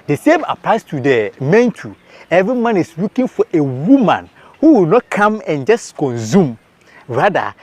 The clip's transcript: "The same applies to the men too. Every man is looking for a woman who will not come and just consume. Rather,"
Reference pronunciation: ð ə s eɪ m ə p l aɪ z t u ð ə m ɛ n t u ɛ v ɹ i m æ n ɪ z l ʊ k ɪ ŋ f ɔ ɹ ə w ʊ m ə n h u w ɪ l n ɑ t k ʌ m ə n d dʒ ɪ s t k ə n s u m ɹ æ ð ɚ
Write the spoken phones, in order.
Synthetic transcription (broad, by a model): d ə s eɪ m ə p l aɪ s t u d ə m ɛ n t u ɛ v ɹ i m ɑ n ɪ s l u k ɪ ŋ f ɔ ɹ ə w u m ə n h u w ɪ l n ɑ t k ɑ m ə n dʒ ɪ s k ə n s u m ɹ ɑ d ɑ